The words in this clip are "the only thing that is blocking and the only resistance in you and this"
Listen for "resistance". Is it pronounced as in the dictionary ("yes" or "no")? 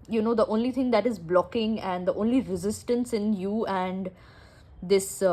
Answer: yes